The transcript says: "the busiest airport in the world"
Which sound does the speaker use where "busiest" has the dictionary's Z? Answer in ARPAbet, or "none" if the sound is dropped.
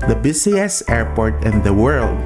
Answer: S